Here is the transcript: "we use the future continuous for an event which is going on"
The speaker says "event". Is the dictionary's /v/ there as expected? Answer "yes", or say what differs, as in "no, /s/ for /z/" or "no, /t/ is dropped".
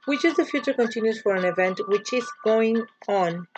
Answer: yes